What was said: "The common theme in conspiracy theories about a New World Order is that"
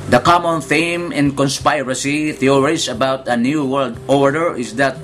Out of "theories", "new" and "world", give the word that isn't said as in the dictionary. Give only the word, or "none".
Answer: theories